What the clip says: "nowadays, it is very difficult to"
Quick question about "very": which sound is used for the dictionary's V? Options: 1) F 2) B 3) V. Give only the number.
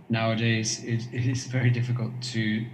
3